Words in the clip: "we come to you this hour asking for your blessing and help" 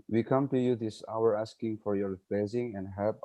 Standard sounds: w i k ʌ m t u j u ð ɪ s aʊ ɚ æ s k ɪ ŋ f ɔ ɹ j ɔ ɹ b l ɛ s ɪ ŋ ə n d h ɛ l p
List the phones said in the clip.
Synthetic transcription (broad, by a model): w i k ʌ m t u j u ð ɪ s aʊ ɚ æ s k ɪ ŋ f ɔ ɹ j ɔ ɹ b ɛ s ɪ ŋ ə n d h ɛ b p